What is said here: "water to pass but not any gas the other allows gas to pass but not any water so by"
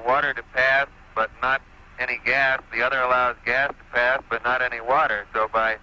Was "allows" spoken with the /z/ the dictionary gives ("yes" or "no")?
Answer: yes